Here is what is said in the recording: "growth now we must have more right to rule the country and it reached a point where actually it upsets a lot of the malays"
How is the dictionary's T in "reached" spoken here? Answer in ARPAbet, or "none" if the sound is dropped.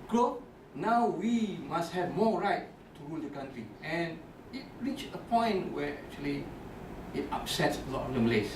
none